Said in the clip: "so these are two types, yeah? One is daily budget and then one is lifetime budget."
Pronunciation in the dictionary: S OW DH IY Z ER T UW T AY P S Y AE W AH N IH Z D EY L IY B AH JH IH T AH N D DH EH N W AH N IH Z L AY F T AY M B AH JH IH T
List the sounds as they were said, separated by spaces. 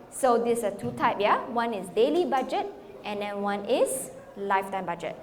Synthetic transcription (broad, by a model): S OW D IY S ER T UW T AY P Y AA W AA N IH S D EY L IY B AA JH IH T AH N D EH N W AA N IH S L AY F T AY M B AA JH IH T